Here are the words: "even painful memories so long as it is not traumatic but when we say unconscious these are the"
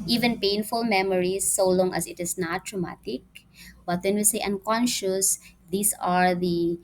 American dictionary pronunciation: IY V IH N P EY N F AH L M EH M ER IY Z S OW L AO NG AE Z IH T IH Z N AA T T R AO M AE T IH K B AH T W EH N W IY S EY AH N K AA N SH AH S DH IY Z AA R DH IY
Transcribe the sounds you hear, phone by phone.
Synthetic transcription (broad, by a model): IY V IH N P EY N F AH L M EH M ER IY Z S OW L AO NG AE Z IH T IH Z N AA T T R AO M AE T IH K B AH T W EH N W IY S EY AH N K AA N SH AH S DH IY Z AA R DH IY